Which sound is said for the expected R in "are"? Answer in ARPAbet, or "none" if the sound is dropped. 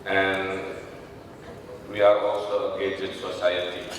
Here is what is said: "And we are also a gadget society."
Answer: R